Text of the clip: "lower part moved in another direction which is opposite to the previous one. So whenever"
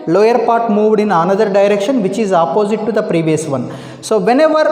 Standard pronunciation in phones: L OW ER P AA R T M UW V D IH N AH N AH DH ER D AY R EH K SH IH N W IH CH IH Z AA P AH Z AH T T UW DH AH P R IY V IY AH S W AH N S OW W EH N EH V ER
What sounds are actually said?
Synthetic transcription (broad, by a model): L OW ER P AA R T M UW V D IH N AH N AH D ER D AY R EH K SH IH N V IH CH IH Z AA P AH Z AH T T UW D AH P R IY V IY AH S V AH N S OW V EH N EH V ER